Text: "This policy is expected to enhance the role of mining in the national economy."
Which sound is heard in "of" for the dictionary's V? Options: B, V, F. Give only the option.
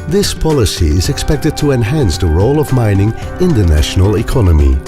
V